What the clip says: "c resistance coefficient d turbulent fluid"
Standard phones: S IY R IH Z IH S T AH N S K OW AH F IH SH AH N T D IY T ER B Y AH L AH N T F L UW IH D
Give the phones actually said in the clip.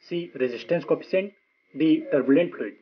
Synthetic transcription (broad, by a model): S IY R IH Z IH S T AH N S K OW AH P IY S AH N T D IY T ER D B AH L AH N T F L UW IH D